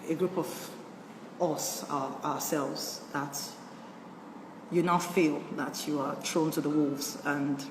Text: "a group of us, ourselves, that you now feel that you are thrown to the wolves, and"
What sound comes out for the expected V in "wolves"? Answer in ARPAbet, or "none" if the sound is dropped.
V